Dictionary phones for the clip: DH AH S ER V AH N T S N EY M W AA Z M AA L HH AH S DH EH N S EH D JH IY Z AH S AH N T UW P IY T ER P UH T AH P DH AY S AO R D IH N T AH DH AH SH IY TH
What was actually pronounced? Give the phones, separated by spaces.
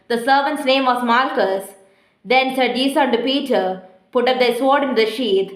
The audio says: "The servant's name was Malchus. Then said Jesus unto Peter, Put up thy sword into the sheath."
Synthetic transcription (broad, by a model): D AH S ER V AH N T S N EY M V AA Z M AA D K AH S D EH N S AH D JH IY S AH AH N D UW P IY T ER P UH T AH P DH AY S AO R D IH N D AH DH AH SH IY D